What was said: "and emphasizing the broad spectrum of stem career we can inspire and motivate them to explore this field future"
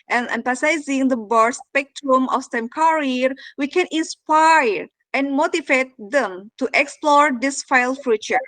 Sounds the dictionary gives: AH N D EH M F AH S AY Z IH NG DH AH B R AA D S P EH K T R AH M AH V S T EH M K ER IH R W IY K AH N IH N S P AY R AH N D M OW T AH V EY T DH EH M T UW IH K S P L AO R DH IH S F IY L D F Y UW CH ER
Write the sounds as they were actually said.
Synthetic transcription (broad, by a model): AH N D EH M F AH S AY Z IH NG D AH B AA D S P EH K T R AH M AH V S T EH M K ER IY R W IY K AH N IH N S P AY R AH N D M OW T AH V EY T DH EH M T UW IH K S P L AO R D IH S F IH L F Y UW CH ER